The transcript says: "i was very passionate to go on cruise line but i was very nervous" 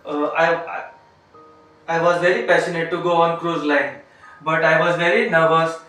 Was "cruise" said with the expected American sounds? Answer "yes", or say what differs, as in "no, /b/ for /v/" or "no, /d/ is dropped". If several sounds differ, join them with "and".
yes